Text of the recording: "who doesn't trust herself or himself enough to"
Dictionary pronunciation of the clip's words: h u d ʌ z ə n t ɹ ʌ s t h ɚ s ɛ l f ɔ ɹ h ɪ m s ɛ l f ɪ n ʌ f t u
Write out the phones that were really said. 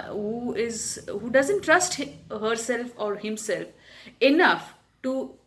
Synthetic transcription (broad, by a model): h u d ʌ z ə n t ɹ ʌ s t h ɚ s ɛ l f ɔ ɹ h ɪ m s ɛ l f ɪ n ʌ f t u